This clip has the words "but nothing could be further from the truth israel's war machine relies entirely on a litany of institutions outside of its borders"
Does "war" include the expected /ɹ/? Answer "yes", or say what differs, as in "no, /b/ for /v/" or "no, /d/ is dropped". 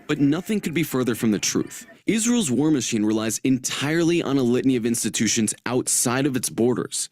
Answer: yes